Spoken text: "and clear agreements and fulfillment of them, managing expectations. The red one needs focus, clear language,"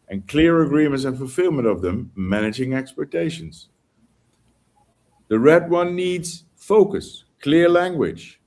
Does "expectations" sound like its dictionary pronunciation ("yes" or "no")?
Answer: yes